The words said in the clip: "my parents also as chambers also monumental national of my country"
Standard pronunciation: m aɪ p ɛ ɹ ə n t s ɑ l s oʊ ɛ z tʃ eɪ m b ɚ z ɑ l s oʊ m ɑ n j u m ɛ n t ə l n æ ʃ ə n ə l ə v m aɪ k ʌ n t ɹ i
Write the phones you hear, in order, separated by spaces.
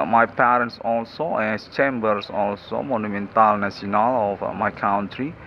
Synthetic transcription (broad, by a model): m aɪ p ɛ ɹ ə n t s ɑ l s oʊ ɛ s tʃ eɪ m b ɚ s ɑ l s oʊ m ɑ n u m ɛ n t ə l n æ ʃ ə n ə l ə f m aɪ k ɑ n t ɹ i